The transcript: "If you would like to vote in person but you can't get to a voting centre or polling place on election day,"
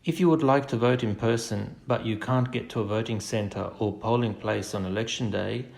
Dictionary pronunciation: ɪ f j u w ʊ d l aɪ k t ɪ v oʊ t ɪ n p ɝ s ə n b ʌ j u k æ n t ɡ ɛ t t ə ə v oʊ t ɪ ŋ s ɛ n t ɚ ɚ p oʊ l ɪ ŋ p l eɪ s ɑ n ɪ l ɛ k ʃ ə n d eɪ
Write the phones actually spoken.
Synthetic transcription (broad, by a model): ɪ f j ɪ w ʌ d l aɪ k t ɪ v oʊ t ɪ n p ɝ s ə n b ʌ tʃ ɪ k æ n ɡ ɛ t t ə ə v oʊ t ɪ ŋ s ɛ n t ɚ ɚ p oʊ l ɪ ŋ p l eɪ s n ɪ l ɛ k ʃ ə n d eɪ